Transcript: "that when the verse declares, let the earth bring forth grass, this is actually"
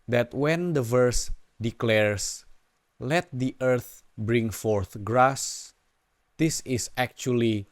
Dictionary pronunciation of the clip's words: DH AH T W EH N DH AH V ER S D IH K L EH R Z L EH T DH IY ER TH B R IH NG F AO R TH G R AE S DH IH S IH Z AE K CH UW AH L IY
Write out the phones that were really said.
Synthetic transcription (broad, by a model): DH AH T W EH N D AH V ER S D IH K L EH R S L EH T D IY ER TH B R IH NG F AO R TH G R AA S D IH S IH S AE K CH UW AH L IY